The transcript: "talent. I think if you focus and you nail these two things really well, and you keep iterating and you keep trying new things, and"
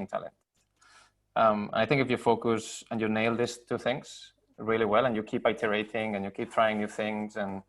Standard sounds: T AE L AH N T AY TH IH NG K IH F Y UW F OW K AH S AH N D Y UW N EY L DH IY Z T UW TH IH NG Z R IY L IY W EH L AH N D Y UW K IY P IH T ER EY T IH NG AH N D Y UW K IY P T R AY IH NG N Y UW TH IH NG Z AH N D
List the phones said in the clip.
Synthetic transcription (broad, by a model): T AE L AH N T AY TH IH NG K IH F Y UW F OW K AH S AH N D Y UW N EY L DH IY S T UW TH IH NG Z R IY L IY W EH L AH N Y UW K IY P IH T ER EY T IH NG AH N Y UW K IY P T R AY IH NG N Y UW TH IH NG Z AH N